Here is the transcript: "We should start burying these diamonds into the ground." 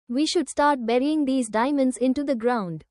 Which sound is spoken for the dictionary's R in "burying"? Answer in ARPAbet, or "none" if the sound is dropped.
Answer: R